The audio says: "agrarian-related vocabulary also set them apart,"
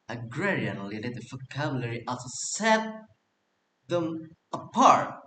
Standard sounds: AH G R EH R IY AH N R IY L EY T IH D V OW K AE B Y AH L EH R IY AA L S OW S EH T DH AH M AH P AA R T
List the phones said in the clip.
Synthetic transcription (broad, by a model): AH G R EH R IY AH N L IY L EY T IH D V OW K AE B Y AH L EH R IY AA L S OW S EH T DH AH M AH P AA R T